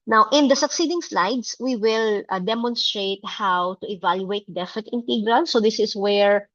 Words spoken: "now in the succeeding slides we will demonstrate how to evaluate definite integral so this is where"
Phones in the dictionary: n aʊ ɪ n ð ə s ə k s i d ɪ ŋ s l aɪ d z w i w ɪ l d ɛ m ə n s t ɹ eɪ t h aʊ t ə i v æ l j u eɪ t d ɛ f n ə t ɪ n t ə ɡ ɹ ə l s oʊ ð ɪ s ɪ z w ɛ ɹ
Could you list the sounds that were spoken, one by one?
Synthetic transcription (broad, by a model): n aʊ ɪ n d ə s ə k s i d ɪ ŋ s l aɪ d s w i w ɪ l d ɛ m ə n s t ɹ eɪ t h aʊ t ə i v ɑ l j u eɪ t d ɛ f ə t ɪ n t ə ɡ ɹ ə l s oʊ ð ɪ s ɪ s w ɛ ɹ